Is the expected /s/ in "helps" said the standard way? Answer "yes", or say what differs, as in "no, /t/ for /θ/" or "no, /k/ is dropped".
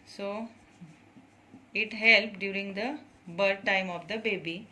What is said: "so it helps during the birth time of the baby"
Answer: no, /s/ is dropped